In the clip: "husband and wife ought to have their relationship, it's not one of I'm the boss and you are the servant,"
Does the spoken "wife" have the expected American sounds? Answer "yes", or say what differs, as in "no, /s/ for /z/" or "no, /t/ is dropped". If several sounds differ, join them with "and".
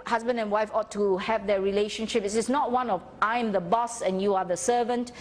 yes